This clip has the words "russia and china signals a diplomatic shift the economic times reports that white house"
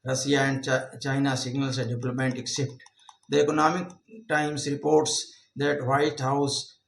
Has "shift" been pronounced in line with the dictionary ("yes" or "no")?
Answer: no